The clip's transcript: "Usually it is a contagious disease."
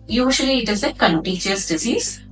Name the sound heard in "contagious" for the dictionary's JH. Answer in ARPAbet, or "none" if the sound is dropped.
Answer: CH